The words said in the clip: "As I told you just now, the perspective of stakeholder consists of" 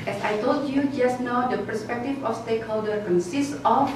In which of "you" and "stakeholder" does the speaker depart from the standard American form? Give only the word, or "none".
none